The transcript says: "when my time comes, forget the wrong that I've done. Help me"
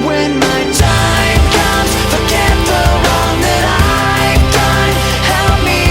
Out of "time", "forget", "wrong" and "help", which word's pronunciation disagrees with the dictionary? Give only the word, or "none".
wrong